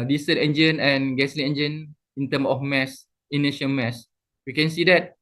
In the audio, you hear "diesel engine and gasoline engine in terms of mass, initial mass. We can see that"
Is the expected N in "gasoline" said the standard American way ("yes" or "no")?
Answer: no